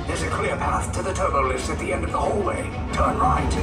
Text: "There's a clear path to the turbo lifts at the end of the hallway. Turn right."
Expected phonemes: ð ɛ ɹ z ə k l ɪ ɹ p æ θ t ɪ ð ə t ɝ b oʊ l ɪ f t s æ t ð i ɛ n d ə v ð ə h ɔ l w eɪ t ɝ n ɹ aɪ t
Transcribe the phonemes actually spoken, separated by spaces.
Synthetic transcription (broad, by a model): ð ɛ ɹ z ə k l ɪ ɹ p æ θ t ɪ ð ə t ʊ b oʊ l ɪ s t ɪ t ð i ɛ n d ə v ð ə h ɔ l w eɪ t ɝ n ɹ aɪ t